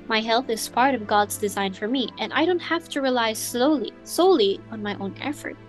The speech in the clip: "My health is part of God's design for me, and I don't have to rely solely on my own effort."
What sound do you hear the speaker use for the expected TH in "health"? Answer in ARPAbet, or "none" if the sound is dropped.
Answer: TH